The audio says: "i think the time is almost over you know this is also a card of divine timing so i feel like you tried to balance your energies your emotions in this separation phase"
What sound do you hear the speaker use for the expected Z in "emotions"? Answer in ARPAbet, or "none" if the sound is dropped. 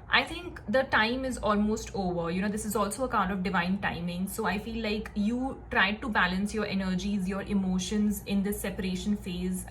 Z